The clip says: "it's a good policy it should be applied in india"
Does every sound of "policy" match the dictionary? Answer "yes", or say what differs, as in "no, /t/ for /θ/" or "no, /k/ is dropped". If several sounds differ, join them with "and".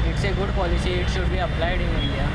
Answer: no, /ʃ/ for /s/